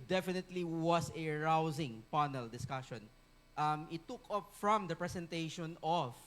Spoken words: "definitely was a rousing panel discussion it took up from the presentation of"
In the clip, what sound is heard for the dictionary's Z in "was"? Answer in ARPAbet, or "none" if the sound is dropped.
S